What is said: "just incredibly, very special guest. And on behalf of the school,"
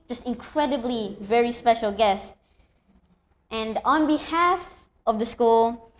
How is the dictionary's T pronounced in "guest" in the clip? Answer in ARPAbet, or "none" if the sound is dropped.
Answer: T